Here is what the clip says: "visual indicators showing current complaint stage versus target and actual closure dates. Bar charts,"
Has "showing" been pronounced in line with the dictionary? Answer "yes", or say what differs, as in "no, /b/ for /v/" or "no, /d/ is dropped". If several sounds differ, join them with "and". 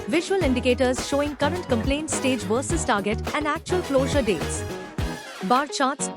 yes